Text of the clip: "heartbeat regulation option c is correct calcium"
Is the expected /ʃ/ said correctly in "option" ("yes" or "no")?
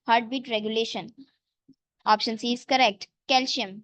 yes